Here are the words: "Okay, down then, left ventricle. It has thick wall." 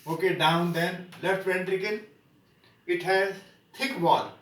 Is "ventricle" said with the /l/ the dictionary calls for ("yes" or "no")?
no